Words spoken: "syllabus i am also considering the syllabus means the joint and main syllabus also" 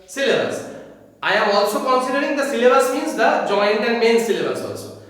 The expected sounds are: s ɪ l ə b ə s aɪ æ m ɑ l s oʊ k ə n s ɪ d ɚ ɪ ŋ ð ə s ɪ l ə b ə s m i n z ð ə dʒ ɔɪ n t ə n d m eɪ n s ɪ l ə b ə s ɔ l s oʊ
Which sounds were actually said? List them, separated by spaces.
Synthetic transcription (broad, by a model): s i l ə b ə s aɪ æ m ɑ l s oʊ k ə n s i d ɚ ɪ ŋ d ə s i l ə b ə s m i z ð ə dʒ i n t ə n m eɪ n s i l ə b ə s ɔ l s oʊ